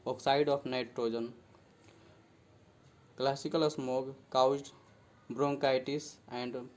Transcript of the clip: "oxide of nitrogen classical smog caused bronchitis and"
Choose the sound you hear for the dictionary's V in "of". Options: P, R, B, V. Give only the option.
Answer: P